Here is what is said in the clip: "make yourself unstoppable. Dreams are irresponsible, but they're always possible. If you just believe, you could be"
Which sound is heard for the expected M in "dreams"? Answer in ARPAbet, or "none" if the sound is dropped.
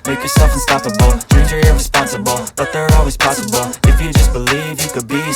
none